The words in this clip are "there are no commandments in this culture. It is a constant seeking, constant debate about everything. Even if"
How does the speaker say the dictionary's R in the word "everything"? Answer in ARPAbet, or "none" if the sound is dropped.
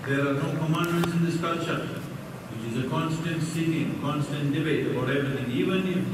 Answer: none